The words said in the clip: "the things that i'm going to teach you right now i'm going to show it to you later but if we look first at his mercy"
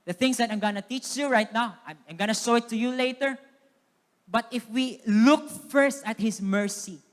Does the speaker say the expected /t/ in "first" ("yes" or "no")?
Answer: yes